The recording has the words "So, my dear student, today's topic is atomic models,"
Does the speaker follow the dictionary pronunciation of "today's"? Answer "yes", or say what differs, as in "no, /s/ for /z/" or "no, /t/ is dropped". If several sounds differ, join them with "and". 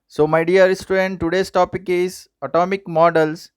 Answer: no, /s/ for /z/